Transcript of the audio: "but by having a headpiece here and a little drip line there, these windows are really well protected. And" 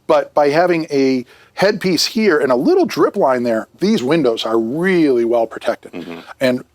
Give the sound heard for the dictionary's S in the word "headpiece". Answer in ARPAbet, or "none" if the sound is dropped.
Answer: S